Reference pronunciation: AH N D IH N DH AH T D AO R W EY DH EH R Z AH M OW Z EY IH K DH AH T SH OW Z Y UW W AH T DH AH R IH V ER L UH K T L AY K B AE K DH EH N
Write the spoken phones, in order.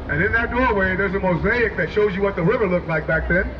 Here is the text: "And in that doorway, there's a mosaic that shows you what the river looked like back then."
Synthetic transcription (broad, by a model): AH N IH N DH AH T D AO R W EY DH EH R Z AH M OW Z EY IH K DH AH T SH OW Z Y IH W AH T DH AH R IH V ER L UH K L AY K B AE K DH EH N